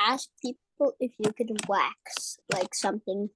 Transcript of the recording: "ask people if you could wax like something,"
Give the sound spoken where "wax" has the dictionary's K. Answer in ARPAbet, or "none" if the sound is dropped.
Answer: K